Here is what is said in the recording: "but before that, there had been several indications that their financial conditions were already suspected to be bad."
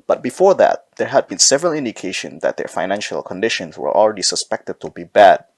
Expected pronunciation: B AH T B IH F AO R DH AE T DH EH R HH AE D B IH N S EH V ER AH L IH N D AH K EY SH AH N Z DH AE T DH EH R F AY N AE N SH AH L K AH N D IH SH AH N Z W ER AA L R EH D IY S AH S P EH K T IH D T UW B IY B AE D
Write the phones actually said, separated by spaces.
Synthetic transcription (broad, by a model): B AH T B IH F AO R DH AE T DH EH R HH AE D B IH N S EH V ER AH L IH N D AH K EY SH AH N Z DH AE T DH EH R F AY N AE N SH AH L K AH N D IH SH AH N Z W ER AA L R EH D IY S AH S P EH K T IH D T UW B IY B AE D